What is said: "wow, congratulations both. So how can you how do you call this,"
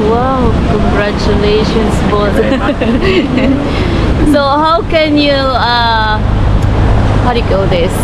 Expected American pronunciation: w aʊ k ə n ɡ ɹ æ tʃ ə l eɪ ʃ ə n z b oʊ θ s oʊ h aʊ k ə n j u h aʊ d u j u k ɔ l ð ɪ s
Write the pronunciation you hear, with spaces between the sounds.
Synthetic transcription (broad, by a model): w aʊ k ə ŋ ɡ ɹ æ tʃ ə l eɪ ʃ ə n s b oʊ t s oʊ h aʊ k ə n j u h aʊ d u j u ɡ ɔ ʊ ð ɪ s